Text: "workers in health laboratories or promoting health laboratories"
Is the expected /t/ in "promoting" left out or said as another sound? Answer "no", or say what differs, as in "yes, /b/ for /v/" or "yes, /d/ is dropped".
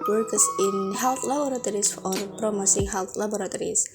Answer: yes, /s/ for /t/